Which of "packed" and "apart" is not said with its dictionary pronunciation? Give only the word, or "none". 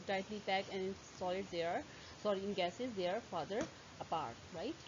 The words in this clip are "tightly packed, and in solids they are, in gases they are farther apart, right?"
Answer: packed